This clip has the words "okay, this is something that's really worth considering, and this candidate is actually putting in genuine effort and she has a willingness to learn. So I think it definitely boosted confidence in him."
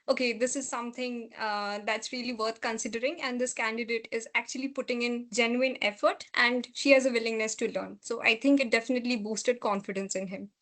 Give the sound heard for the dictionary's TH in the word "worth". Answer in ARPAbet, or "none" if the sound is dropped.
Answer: T